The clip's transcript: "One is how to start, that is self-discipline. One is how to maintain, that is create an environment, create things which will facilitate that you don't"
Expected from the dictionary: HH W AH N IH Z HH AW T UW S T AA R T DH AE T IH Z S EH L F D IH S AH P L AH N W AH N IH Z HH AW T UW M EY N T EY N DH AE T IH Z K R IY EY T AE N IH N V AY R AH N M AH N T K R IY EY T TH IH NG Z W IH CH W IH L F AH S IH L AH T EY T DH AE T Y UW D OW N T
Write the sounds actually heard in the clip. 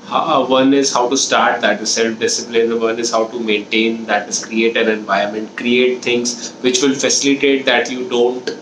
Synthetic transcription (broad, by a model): HH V AH N IH Z HH AW T UW S T AA R T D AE T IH S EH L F D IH S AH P L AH N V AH N IH Z HH AW T UW M EY N T EY N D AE T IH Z K R IY EY T AE N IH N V AY AH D M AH N T K R IY EY T T IH NG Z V IH CH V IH L F AH S IH L AH T EY T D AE T Y UW D OW N T